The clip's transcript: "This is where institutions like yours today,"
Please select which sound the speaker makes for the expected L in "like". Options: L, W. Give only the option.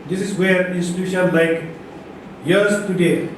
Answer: L